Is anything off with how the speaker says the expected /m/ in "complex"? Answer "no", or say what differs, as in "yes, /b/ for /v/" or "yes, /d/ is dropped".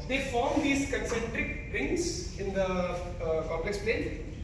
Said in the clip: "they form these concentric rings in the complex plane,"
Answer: yes, /m/ is dropped